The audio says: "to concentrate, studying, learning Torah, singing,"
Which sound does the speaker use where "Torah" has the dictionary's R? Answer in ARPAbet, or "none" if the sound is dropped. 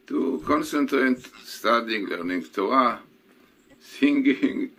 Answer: none